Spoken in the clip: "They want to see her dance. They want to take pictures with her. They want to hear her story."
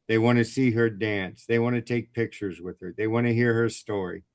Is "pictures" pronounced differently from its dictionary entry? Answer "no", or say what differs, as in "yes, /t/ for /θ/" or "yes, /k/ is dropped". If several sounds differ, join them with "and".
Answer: no